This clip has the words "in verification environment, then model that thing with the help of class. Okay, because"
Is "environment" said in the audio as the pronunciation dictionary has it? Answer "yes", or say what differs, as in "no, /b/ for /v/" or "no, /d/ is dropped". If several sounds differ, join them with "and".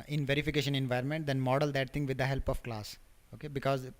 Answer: yes